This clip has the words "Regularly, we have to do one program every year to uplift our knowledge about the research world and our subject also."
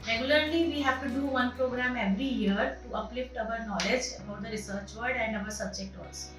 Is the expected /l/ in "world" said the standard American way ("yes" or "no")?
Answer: no